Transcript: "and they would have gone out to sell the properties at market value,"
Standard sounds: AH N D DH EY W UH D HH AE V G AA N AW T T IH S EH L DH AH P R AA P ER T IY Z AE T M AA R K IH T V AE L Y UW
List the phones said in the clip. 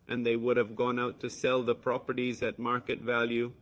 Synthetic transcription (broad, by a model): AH N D DH EY W UH D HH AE V G AA N AW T T IH S EH L DH AH P R AA P ER T IY Z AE T M AA R K IH T V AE L Y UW